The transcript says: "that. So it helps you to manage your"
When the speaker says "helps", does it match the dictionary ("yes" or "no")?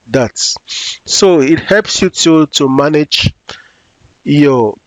yes